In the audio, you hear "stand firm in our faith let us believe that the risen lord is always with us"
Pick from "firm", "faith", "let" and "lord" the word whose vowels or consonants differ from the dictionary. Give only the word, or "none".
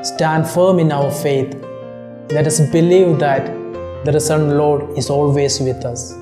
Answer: faith